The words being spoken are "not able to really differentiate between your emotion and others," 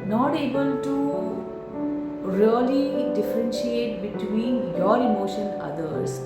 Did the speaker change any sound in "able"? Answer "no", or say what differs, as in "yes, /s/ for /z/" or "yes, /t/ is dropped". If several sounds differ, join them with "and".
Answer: no